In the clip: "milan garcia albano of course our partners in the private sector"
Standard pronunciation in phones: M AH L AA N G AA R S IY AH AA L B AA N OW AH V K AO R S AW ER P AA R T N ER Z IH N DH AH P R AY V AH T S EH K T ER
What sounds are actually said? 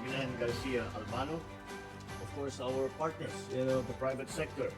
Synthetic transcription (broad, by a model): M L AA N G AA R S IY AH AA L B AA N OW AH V K AO R S AW ER P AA R T N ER S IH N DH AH P R AY V AH T S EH K T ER